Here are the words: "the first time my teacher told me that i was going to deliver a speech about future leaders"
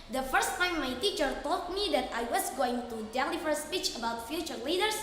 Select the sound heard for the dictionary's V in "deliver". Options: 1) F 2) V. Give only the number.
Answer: 1